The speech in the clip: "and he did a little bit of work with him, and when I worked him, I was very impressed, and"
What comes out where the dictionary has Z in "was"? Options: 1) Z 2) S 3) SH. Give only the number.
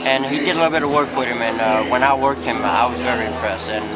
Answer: 1